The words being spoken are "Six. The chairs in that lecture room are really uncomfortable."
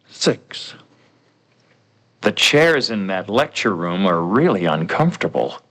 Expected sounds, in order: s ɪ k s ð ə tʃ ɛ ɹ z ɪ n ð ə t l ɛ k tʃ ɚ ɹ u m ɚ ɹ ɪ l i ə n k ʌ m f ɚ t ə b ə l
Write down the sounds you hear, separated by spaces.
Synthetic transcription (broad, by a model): s ɪ k s ð ə tʃ ɛ ɹ z ɪ n ð ə t l ɛ k tʃ ɚ ɹ u m ɚ ɹ ɪ l i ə n k ʌ m f t ə b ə l